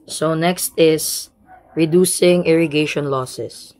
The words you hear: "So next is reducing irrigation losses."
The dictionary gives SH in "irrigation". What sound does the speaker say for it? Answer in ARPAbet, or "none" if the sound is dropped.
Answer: SH